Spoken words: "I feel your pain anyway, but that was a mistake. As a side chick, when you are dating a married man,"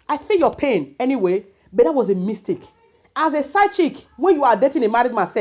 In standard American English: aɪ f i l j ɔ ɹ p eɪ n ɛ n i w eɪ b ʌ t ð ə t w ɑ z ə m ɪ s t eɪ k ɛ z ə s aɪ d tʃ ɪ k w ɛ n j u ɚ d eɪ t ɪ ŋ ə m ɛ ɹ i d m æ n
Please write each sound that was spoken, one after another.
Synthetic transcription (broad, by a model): aɪ f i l j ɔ p eɪ n ɛ n i w eɪ b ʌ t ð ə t w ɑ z ə m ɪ s t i k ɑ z ə s aɪ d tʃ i k w ɛ n j u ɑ d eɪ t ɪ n ə m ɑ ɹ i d m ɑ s